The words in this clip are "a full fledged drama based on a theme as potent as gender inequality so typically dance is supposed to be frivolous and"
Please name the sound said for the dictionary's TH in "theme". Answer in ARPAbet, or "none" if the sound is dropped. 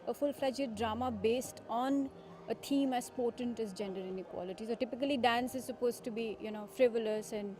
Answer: T